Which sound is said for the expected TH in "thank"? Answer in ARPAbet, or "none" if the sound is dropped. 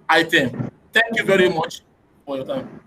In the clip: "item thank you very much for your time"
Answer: T